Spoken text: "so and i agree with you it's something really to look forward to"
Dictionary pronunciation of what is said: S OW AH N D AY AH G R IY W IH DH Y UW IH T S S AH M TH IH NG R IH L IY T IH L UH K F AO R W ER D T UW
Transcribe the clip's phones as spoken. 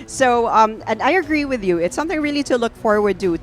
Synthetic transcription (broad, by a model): S OW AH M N AY AH G R IY W IH DH Y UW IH T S S AH M TH IH NG R IH L IY T IH L UH K F AO R W ER D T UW